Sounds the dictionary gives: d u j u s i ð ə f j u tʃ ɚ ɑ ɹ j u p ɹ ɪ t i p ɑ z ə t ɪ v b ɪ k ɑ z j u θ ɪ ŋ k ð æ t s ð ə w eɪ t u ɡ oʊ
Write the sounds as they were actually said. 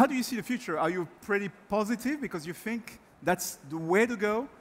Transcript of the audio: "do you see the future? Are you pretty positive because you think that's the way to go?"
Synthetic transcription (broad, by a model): d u j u s i ð ə f j u tʃ ɚ ɑ ɹ j u p ɹ ɪ t i p ɑ z ə t ɪ v b ɪ k ɑ z j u θ ɪ ŋ k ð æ t s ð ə w eɪ t u ɡ oʊ